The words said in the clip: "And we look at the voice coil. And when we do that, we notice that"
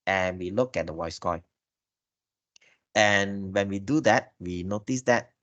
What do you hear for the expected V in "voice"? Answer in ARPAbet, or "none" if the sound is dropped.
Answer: W